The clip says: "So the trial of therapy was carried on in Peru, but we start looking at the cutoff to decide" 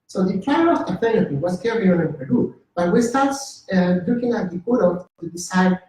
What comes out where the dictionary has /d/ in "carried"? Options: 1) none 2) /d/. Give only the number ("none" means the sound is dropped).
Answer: 1